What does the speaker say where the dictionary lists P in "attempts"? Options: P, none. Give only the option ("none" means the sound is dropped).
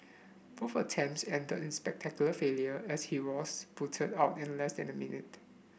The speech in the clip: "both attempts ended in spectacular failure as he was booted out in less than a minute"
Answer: none